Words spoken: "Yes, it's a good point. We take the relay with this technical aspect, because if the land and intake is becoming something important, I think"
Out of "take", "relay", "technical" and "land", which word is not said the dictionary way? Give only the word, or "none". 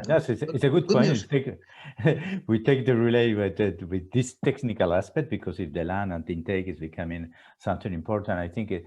land